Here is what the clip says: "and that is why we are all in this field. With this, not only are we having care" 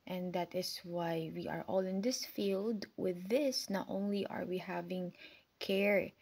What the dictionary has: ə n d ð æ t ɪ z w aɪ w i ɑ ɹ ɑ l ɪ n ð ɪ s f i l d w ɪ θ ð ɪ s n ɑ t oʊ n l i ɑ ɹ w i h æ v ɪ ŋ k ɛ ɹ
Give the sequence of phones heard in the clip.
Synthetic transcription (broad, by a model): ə n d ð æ t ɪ s w aɪ w i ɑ ɹ ɑ l ɪ n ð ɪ s f i l d w ɪ ð ɪ s n ɑ t oʊ n l i ɑ ɹ w i h æ v ɪ ŋ k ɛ ɹ